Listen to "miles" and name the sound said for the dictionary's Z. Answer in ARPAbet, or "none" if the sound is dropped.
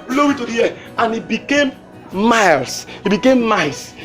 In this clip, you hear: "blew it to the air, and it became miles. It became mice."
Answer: S